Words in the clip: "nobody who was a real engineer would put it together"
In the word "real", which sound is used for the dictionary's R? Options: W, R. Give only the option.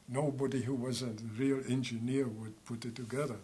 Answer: R